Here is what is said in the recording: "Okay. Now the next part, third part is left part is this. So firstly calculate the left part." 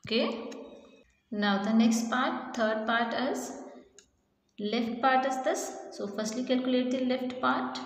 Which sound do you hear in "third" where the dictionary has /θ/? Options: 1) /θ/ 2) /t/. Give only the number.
2